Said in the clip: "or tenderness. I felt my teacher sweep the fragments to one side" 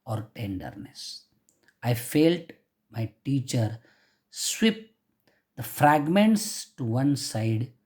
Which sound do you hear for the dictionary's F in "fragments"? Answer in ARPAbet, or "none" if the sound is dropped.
F